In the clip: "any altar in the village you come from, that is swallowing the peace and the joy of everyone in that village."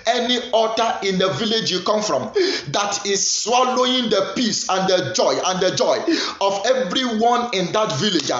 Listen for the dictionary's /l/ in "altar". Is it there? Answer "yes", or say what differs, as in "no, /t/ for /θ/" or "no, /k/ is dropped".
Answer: no, /l/ is dropped